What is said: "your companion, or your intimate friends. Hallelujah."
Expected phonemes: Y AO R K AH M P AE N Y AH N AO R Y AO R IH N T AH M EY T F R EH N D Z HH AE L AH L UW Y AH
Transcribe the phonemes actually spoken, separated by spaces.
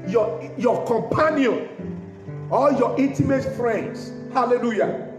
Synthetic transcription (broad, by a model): Y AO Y K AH M P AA N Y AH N AO L Y AO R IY N T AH M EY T F R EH N D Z HH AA L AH L UW Y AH